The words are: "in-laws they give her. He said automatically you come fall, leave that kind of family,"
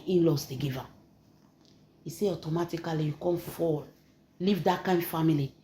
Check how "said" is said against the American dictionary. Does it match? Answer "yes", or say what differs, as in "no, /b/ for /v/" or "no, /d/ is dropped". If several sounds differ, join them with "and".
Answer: no, /d/ is dropped